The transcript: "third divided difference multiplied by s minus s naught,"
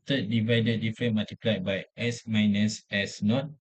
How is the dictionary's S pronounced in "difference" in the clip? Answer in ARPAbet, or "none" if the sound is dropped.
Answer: none